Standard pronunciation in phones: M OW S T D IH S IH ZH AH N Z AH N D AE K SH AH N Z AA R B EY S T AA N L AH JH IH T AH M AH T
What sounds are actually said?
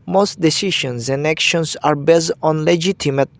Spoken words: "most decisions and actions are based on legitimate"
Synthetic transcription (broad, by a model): M OW S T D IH S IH SH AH N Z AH N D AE K SH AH N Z AA R B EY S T AA N L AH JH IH T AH M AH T